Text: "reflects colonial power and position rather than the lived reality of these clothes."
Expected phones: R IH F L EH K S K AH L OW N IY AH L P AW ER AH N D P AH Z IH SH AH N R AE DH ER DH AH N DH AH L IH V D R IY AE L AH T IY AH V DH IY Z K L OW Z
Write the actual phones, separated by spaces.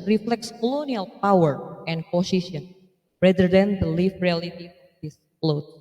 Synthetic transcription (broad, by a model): R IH F L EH K S K AH L OW N IY AH L P AW ER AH N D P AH S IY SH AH N R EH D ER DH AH N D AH L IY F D R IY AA L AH T IY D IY S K L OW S